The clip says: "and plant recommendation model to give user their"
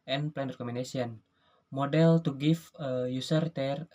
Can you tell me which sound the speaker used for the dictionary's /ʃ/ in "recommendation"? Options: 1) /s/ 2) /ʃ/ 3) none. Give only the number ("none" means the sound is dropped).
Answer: 1